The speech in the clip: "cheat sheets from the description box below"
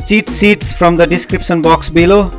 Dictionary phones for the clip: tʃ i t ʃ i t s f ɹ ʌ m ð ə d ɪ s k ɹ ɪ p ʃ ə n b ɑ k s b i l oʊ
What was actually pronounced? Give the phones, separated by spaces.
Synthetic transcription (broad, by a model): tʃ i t s i t s f ɹ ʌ m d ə d ɪ s k ɹ ɪ p ʃ ə n b ɑ k s b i l oʊ